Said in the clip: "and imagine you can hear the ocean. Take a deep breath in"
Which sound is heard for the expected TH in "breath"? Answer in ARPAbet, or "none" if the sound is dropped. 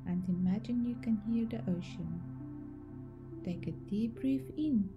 F